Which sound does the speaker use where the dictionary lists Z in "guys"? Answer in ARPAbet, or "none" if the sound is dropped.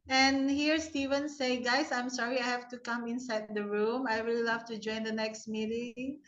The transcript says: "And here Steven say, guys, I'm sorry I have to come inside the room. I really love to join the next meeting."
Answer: S